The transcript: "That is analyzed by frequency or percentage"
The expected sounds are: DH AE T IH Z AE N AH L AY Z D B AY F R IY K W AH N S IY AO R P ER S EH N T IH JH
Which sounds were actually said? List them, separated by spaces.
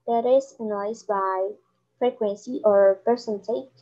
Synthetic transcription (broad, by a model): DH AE T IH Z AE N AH IH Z B AY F R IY K W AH N S IY AO R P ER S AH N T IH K